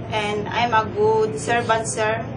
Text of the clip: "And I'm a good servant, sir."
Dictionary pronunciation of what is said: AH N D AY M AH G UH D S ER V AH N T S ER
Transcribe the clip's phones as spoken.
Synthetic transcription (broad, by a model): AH N D AY M AH G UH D S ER B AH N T S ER